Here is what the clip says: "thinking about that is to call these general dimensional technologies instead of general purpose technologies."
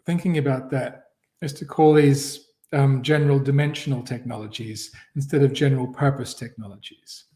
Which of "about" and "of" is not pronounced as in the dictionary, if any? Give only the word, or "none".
none